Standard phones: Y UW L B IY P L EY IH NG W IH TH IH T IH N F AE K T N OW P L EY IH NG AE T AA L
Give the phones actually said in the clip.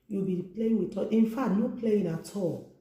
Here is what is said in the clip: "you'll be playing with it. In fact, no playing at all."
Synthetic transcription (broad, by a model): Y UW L B IY P L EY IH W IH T IH T IH N F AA T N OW P L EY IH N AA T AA